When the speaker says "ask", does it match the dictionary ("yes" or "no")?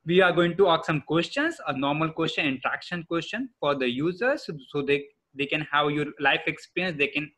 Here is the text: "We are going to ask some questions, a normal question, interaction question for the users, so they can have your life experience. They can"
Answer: no